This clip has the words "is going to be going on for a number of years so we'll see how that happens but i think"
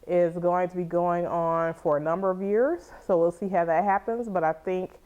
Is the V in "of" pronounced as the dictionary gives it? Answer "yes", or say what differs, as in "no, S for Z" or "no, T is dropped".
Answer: yes